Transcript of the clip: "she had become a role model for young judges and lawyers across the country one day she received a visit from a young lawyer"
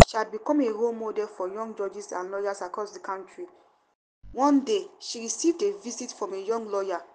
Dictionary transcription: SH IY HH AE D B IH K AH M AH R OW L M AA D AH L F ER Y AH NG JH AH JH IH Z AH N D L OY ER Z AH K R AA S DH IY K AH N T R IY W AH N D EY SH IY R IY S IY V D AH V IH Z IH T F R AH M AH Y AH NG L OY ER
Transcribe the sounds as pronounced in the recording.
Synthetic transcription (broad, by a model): SH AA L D B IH K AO M AH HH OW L M AA D AH L F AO Y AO NG JH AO JH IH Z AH N L OY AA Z AH K R AA S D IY K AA N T R IY W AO N D EY SH IY R IY S IY V D AH V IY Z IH T F R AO M AH Y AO NG L OY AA